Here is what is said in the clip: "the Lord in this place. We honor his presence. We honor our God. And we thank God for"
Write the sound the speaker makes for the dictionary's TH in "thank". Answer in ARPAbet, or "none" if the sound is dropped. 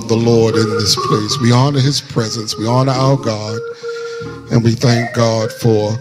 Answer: TH